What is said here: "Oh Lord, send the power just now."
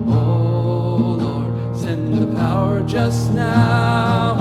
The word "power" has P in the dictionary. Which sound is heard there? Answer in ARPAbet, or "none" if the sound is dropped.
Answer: P